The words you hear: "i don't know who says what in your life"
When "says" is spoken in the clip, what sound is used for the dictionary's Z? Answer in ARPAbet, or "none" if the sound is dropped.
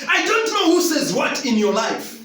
Z